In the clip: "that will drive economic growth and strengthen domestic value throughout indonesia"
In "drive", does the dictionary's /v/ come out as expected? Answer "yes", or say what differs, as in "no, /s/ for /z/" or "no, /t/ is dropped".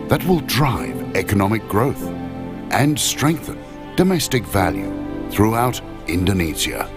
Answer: yes